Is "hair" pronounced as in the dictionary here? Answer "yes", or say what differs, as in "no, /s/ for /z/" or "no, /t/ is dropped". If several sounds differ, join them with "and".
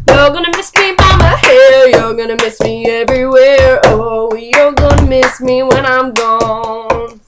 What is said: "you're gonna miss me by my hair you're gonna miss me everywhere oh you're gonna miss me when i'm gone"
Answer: no, /l/ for /ɹ/